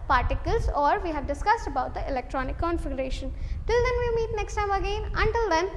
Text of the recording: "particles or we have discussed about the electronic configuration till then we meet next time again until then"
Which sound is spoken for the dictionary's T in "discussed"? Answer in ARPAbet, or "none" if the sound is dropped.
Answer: T